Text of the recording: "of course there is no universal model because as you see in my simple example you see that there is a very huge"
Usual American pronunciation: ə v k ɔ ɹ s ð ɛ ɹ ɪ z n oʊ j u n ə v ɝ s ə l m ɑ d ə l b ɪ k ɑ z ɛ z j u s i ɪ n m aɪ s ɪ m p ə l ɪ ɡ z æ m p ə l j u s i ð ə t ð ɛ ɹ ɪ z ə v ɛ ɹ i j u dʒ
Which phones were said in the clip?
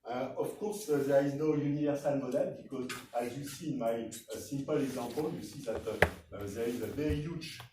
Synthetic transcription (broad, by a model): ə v k ɔ ɹ s ð ɛ ɹ ɪ z n oʊ j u n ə v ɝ s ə l m ɑ d ə l b ɪ k ɑ z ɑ z j u s i n m aɪ s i m p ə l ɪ ɡ z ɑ p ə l j u s i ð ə t ð ɛ ɹ ɪ z ə v ɛ ɹ i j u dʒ